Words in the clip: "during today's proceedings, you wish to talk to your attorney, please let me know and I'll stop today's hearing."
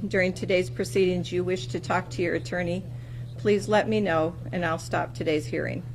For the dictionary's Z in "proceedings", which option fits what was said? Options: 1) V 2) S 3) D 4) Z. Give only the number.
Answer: 4